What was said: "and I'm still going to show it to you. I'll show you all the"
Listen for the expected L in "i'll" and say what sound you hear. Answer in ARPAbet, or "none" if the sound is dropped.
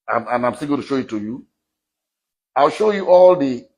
L